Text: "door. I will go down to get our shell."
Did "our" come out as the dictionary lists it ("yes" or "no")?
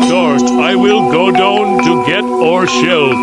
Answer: yes